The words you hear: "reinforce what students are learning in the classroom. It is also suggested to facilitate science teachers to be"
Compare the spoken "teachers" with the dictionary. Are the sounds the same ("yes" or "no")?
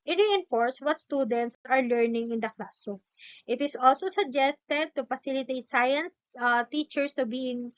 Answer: no